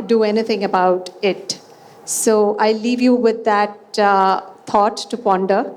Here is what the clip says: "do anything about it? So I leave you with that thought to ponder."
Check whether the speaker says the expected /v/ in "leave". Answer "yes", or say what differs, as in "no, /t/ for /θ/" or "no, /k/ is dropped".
yes